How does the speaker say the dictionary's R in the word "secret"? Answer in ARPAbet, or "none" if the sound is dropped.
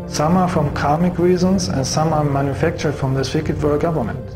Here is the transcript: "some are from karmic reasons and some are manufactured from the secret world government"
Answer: none